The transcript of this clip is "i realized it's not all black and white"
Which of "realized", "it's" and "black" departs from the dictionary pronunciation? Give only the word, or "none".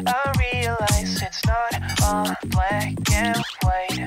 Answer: realized